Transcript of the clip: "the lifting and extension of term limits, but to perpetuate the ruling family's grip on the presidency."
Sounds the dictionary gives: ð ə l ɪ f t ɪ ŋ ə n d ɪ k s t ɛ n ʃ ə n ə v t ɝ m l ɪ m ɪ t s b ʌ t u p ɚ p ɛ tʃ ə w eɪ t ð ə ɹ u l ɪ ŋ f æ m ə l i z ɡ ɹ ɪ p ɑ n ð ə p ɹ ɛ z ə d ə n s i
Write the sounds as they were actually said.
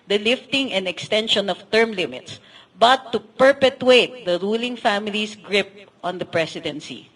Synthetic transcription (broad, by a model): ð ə l ɪ f t ɪ ŋ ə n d ɪ k s t ɛ n ʃ ə n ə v t ɝ m l ɪ m ɪ t s b ʌ t u p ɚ p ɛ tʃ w eɪ t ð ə ɹ u l ɪ ŋ f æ m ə l i s ɡ ɹ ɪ p ɑ n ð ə p ɹ ɛ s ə d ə n s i